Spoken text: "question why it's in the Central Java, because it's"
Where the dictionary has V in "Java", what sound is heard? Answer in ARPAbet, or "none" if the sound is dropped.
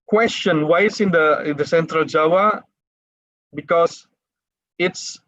W